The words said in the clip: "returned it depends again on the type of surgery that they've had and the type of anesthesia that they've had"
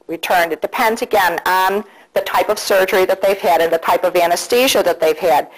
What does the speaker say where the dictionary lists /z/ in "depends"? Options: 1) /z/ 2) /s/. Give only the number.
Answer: 1